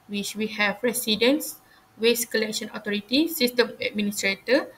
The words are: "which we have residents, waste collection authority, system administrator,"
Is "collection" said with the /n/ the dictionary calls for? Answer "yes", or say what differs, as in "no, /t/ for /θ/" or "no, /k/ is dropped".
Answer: yes